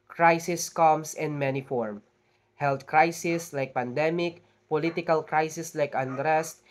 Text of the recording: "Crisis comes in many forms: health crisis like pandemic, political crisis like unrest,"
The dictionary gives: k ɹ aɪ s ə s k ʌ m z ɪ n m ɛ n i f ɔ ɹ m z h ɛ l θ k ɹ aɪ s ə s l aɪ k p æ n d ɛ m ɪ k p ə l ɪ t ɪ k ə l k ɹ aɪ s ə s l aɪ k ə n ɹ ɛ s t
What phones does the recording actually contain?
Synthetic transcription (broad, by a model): k ɹ aɪ s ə s k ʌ m s ɪ n m ɛ n i f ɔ ɹ m h ɛ l t k ɹ aɪ s ə s l aɪ k p æ n d ɛ m ɪ k p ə l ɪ t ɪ k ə l k ɹ aɪ s ə s l aɪ k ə n ɹ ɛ s t